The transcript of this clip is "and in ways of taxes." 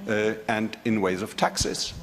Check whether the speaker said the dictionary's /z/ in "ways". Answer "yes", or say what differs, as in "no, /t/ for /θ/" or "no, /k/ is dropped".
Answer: yes